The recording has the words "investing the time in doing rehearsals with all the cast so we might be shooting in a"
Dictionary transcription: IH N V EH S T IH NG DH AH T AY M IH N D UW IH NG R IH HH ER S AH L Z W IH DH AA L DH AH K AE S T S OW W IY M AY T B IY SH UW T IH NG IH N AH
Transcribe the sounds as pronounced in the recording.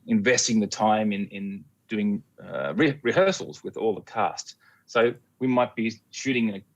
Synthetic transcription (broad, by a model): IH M V EH S T IH NG DH AH T AY M IH N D UW IH NG R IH HH ER S L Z W IH DH AA L DH AH K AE S T S OW W IY M AY T B IY SH UW T IH NG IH